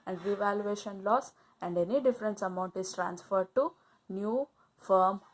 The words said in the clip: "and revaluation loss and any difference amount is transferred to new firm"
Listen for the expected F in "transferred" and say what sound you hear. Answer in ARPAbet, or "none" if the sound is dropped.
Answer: F